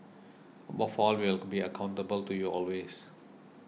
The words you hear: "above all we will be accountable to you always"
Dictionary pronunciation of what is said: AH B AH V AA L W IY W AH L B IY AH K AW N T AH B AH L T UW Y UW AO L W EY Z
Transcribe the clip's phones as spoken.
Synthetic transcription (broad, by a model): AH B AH F AA L W IY L B IY AH K AW N T AH B AH L T UW Y UW AO L W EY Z